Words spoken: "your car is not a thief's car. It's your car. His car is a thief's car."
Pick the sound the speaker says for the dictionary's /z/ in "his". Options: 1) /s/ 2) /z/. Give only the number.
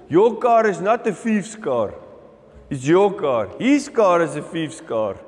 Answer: 1